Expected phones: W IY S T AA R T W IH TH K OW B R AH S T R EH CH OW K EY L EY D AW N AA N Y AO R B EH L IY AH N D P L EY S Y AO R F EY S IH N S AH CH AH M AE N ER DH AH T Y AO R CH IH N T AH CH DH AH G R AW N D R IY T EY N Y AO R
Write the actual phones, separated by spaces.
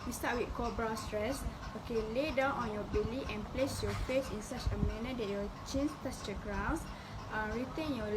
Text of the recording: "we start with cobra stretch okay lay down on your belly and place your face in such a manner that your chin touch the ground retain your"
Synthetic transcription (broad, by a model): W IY S T AA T W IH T K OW B R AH S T R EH S OW K EY L EY D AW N AA N Y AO B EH L IY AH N P L EY S Y AO F EY S IH N S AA CH AH M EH N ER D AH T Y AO CH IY N T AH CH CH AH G R AW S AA R IY T EY N Y AO